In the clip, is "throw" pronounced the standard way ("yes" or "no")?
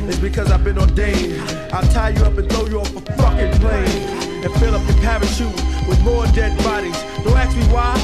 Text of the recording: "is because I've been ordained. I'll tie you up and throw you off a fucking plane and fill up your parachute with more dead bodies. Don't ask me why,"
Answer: no